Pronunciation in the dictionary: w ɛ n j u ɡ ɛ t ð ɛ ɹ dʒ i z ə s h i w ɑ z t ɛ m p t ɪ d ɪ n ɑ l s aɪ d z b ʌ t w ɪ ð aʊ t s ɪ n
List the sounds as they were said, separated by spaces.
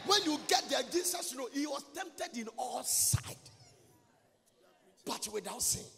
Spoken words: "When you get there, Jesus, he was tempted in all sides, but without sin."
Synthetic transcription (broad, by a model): w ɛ n j u ɡ ɛ t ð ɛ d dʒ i s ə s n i w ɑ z t ɛ m p t ɪ d ɪ n ɑ l s aɪ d b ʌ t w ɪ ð aʊ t s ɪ